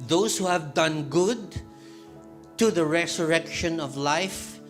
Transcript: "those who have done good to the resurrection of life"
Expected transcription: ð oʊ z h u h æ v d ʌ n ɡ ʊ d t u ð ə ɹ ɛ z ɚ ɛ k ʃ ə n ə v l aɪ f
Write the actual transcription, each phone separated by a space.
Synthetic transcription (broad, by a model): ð oʊ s h u h æ v d ʌ n ɡ ʊ d t u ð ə ɹ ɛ s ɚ ɛ k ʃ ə n ə v l aɪ f